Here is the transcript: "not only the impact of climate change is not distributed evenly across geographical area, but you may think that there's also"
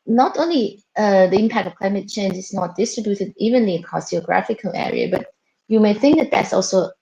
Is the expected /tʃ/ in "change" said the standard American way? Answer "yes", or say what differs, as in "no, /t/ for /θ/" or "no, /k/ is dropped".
yes